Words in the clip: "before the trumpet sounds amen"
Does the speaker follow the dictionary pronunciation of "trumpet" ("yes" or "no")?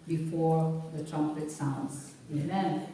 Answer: yes